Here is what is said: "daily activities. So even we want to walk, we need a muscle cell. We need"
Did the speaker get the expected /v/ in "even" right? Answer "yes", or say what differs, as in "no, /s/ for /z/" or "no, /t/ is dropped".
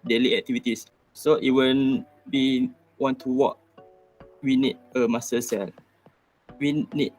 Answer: no, /w/ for /v/